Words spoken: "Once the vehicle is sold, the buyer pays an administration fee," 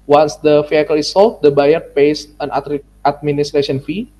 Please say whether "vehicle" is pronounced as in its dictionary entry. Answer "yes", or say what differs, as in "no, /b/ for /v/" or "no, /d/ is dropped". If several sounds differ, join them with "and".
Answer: no, /f/ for /v/